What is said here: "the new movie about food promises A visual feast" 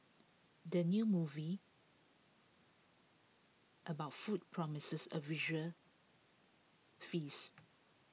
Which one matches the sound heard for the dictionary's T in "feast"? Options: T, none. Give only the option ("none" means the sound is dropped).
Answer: none